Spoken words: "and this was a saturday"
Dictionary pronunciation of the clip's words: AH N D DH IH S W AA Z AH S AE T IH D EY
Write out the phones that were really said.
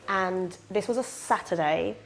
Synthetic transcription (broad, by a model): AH N DH IH S W AA Z AH S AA T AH D EY